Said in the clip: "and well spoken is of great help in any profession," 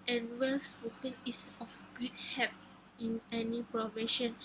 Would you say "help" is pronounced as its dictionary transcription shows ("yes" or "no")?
no